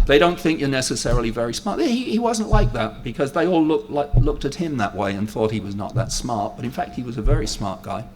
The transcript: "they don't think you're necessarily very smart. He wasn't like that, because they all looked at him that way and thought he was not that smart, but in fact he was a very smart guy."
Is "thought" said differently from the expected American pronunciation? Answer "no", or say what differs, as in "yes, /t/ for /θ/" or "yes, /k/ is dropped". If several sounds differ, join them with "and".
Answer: no